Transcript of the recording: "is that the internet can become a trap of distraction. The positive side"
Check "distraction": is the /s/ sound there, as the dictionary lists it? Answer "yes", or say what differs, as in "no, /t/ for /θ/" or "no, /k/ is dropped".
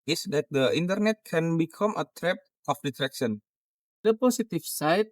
no, /s/ is dropped